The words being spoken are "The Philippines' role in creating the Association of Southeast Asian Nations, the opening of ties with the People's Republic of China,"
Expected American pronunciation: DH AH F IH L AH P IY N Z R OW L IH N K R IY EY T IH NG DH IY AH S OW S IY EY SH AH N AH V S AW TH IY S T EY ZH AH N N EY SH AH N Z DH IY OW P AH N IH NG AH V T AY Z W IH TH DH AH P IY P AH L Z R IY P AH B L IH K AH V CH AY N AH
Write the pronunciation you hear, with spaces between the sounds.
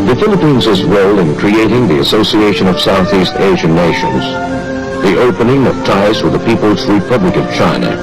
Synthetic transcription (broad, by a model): DH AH F IH L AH P IY N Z R OW L IH N K R IY EY T IH NG DH IY AH S OW S IY EY SH AH N AH V S AW TH IY S T EY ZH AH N N EY SH AH N Z DH IY OW P AH N IH NG AH V T AY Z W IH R DH AH P IY P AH L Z R IY P AH B L IH K AH V CH AY N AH